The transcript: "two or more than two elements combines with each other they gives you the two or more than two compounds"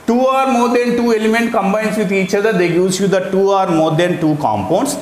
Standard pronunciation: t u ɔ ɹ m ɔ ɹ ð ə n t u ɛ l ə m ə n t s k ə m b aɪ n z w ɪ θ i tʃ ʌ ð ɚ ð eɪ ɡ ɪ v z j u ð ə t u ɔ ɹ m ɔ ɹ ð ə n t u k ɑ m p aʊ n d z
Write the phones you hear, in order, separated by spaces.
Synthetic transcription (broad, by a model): t u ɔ ɹ m ɔ ɹ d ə n t u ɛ l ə m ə n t k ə m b aɪ n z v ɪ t i tʃ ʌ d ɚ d eɪ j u z j u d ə t u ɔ ɹ m ɔ ɹ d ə n t u k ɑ m p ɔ n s